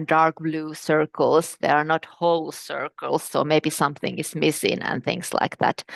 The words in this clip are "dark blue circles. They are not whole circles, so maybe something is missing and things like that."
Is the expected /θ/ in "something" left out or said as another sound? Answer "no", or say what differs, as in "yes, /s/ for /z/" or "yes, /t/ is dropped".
no